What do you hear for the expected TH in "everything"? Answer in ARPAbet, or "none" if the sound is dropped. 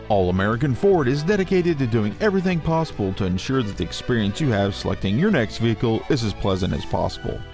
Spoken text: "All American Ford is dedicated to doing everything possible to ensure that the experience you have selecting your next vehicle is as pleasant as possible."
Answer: TH